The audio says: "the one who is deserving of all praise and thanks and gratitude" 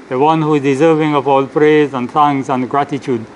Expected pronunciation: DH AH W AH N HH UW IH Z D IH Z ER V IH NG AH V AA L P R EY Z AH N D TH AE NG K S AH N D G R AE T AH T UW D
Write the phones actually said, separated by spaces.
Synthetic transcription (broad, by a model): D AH W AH N HH UW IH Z D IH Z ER V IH NG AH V AA L P R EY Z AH N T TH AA NG S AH N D G R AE T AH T UW D